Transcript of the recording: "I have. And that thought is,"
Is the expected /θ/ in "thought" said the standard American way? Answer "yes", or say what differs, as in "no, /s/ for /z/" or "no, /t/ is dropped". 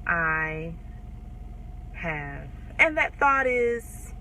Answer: yes